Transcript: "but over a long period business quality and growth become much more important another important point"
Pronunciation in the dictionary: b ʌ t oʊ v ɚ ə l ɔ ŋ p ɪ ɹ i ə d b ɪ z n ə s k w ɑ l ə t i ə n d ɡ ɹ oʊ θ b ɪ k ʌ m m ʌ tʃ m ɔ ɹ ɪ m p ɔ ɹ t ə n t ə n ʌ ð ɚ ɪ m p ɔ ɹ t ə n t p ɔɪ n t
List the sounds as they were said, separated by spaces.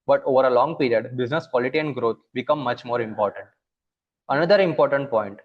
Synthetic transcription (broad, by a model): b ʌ t oʊ v ɚ ə l ɔ ŋ p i ɹ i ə d b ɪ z n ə s k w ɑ l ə t i ə n d ɡ ɹ oʊ t b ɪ k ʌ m m ʌ tʃ m ɔ ɹ ɪ m p ɔ ɹ t ə n t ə n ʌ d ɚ ɪ m p ɔ ɹ t ə n t p ɔɪ n t